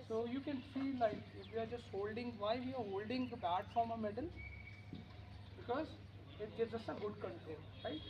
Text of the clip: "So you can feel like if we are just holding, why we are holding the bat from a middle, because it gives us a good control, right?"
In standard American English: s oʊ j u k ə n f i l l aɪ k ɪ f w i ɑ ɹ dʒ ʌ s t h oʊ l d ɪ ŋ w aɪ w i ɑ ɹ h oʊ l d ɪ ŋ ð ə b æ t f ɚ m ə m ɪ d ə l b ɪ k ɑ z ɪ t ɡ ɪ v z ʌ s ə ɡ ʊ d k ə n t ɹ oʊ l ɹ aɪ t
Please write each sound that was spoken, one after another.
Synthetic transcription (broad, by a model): s oʊ j u k ə n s i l l aɪ k ɪ f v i ɑ ɹ dʒ ʌ s t h oʊ l d ɪ ŋ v aɪ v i ɑ ɹ h oʊ l d ɪ ŋ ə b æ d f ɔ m ə m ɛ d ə l b ɪ k ɑ z ɪ t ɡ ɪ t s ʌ s ə ɡ ʊ d k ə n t ɛ n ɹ aɪ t